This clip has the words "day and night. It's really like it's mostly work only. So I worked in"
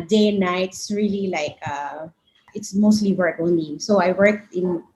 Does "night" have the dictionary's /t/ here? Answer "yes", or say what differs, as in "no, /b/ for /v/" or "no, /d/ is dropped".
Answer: no, /t/ is dropped